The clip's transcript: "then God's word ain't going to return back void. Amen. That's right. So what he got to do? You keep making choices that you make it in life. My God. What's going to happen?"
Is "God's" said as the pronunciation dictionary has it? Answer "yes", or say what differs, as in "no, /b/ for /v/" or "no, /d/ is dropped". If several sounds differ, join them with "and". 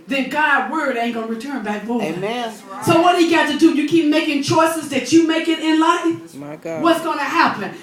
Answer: no, /z/ is dropped